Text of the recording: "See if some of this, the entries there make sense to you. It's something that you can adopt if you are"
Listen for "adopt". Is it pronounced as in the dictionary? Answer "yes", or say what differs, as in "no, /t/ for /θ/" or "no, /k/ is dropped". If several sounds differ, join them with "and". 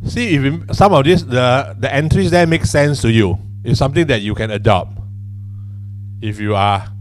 no, /t/ is dropped